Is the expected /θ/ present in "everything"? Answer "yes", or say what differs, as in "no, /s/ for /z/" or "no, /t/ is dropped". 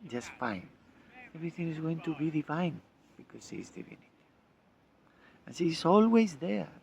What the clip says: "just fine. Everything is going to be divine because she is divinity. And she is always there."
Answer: yes